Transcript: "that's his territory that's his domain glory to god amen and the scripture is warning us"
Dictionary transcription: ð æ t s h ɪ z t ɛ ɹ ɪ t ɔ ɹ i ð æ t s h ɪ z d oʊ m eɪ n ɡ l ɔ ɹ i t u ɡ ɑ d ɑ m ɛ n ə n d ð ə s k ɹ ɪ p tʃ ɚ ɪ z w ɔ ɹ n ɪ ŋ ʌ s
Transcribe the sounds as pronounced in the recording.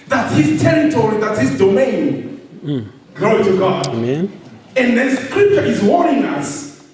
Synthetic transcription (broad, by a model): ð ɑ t h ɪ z t ɛ ɹ ɪ t ɔ ɹ i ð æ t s h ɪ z d oʊ m eɪ n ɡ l ɔ i t u ɡ ɑ d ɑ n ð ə n s k ɹ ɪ p tʃ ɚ ɪ z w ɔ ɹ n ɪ ŋ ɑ s